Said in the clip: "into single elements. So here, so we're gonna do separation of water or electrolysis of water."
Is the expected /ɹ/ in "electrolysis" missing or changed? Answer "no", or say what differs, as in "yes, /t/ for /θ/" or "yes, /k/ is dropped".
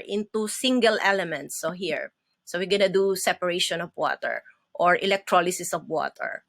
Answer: no